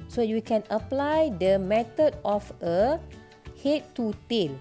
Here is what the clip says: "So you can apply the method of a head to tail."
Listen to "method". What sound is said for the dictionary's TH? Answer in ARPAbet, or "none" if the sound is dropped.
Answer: T